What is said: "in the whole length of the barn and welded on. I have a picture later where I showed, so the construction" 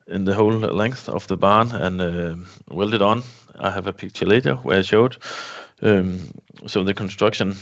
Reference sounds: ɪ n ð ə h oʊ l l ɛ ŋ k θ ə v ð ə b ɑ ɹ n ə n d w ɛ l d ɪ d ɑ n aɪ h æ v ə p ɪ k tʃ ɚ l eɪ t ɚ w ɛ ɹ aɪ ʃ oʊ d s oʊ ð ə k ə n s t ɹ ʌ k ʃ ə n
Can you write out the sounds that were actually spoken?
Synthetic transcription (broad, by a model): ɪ n ð ə h oʊ l l ɛ ŋ k θ ə v ð ə b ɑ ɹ n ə n w ɛ l d ɪ d n aɪ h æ v ə p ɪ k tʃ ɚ l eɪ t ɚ w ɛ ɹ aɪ ʃ oʊ d s oʊ ð ə k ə n s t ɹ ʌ k ʃ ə n